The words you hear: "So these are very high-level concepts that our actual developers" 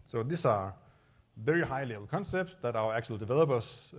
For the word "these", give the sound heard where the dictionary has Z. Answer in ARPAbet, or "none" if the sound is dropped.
S